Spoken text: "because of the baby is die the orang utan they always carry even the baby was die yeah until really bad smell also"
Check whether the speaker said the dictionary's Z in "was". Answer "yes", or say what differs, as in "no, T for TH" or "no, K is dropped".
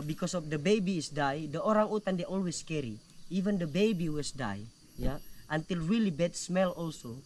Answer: no, S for Z